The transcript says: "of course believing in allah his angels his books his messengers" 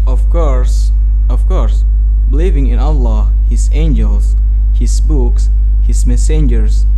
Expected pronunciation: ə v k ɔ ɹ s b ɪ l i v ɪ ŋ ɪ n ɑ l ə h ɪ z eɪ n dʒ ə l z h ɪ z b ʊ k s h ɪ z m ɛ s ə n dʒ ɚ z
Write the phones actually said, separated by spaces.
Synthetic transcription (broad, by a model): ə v k ɔ ɹ s b ɪ l i v ɪ ŋ ɪ n ɑ l ə h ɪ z eɪ n dʒ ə l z h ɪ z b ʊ k s h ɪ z m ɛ s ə n dʒ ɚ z